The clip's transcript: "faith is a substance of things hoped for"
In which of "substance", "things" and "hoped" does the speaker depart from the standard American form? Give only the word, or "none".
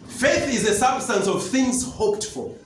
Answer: none